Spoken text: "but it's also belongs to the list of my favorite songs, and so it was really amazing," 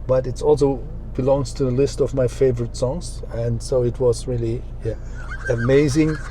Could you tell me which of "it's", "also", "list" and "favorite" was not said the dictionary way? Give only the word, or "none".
none